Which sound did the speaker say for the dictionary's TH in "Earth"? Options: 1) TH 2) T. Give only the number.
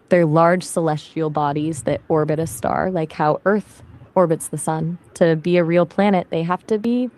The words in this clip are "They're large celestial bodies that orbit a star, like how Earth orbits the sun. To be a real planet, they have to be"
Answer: 1